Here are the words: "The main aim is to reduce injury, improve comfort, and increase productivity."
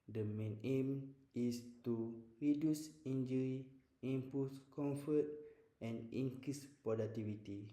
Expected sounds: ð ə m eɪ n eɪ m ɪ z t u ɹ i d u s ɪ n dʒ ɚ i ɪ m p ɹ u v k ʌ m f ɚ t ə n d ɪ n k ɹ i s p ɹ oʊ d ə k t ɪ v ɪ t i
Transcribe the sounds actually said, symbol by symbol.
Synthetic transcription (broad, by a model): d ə m eɪ n eɪ m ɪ s t u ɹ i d u s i n dʒ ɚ i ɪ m p u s k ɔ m f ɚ t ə n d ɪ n k ɹ i s p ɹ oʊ d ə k t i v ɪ t i